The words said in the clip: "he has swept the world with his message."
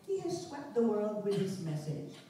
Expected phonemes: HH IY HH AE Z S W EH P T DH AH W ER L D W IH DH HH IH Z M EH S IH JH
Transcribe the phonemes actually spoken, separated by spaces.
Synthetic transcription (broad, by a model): HH IY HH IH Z S W EH P T DH AH W ER L D W IH DH IH S M EH S IH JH